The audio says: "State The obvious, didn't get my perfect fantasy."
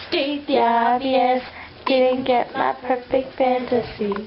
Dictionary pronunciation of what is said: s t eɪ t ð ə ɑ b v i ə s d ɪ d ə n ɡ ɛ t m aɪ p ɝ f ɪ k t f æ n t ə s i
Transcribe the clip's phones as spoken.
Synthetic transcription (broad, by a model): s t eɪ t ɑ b i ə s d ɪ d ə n ɡ ɛ t m aɪ p ɝ f ɪ k t f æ n t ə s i